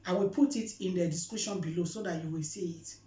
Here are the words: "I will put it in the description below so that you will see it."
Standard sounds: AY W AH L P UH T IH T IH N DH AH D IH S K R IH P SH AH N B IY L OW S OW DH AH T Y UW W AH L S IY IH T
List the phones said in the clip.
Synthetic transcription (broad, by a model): AY W AH L P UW T IH T IH N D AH D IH S K UW SH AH N B IY L OW S OW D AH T Y UW W AH L S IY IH T